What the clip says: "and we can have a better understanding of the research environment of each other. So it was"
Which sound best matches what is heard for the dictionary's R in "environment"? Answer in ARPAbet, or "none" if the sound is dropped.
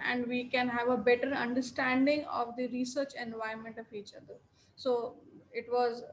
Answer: none